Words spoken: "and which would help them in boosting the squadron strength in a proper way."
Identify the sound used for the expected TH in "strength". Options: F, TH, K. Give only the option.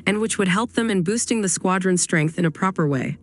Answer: TH